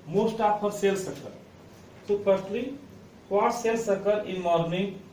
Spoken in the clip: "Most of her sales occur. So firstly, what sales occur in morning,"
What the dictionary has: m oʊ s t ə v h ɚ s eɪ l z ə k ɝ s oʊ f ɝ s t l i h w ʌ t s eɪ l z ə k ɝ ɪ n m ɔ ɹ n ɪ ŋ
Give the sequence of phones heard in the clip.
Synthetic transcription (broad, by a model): m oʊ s t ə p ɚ s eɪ l s ə k ɝ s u p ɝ t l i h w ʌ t s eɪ l s ə k ɝ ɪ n m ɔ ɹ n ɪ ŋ